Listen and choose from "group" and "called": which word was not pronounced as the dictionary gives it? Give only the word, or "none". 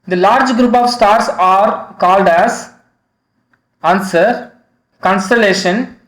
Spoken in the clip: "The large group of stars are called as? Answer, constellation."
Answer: none